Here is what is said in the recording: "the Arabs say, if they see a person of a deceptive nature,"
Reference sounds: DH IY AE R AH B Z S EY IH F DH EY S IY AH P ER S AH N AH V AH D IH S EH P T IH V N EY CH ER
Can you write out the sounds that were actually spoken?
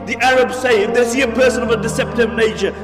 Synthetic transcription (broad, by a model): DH IY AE R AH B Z S EY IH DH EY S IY AH P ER S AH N AH V AH D IH S EH P T IH V N EY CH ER